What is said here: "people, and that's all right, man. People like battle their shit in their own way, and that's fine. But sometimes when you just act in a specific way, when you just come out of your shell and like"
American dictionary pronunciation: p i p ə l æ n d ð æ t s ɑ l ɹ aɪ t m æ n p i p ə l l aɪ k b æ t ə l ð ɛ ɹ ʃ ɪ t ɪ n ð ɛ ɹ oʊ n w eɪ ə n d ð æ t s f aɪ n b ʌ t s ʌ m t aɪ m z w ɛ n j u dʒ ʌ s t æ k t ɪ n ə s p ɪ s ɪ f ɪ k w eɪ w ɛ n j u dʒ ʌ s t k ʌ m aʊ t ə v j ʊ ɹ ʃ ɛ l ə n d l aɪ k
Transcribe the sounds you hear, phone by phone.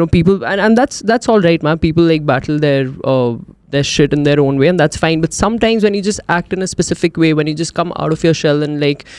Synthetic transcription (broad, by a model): p i p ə l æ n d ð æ t s ɑ l ɹ aɪ t m æ n p i p ə l l aɪ k b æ t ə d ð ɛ ɹ ʃ ɪ t ɪ n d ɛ ɹ oʊ n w eɪ ə n d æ t s f aɪ n b ʌ t s ʌ m t aɪ m z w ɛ n j u dʒ ʌ s t æ k t ɪ n ə s p ɪ s ɪ f ɪ k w eɪ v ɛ n j u dʒ ʌ s t k ʌ m aʊ t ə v j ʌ ɹ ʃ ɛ l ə n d l aɪ k